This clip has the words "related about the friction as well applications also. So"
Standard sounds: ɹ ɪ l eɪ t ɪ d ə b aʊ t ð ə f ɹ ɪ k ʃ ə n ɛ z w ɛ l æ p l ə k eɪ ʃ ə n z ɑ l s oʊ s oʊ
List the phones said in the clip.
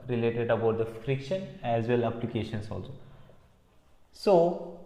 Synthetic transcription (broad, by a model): ɹ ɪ l eɪ t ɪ d ə b aʊ t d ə f ɹ ɪ k ʃ ə n ɛ z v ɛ l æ p l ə k eɪ ʃ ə n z ɑ l s oʊ s oʊ